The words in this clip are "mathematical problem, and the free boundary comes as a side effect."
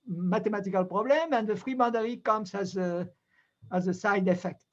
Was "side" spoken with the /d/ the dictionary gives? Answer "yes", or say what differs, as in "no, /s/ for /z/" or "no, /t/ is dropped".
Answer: yes